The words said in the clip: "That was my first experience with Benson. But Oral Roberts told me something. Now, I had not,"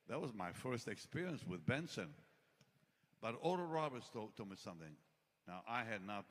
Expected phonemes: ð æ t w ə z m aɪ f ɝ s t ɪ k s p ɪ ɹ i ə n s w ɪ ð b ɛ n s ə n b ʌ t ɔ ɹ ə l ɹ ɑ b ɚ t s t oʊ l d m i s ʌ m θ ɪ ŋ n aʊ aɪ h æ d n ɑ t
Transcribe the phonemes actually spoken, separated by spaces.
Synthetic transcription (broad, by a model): ð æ t w ə z m aɪ f ɝ s t ɪ k s p ɪ ɹ i ə n s w ɪ ð b ɛ n s ə n b ʌ t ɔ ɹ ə ɹ ɑ b ɚ t s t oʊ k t m i s ʌ m θ ɪ ŋ n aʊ aɪ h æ d n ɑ t